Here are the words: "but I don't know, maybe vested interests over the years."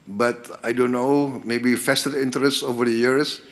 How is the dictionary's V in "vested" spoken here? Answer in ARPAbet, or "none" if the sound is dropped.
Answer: F